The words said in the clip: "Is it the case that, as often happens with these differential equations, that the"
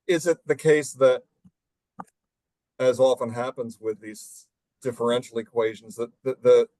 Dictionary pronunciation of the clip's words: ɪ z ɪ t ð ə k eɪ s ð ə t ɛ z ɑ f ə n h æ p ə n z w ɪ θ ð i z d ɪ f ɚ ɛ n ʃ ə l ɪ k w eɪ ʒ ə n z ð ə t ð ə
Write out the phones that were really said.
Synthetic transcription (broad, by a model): ɪ z ɪ t ð ə k eɪ s ð ə t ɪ z ɑ f ə n h æ p ə n z w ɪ ð i z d ɪ f ɚ ɛ n ʃ l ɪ k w eɪ ʒ n z ð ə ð ð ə